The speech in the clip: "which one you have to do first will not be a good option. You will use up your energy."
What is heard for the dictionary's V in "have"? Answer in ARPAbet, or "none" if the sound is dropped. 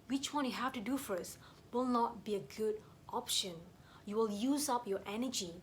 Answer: F